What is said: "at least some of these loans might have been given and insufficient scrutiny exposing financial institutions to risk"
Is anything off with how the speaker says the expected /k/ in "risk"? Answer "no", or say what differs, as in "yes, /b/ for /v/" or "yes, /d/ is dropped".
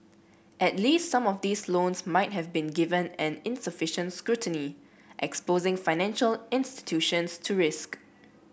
no